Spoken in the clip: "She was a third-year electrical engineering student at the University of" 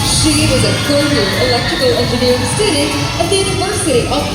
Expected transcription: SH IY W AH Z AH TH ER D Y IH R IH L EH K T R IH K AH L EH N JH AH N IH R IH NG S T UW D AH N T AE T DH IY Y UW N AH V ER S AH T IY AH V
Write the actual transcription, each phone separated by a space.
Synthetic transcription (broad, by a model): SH IY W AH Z AH F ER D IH IH L EH K T R IH K AH L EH N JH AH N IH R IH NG S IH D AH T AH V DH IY Y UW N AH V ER S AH T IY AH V